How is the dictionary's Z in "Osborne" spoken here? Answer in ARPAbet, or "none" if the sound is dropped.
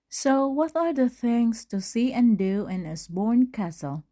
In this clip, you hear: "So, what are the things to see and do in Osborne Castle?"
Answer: S